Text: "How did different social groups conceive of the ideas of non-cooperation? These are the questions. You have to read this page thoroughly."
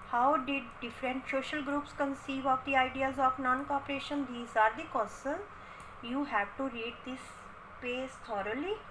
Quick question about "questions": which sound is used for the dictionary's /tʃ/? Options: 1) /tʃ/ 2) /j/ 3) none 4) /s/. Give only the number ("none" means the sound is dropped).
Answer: 3